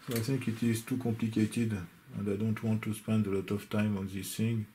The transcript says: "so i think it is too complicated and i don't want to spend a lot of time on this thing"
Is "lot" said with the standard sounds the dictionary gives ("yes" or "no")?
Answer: yes